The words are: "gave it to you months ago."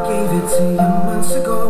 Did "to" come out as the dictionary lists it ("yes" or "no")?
no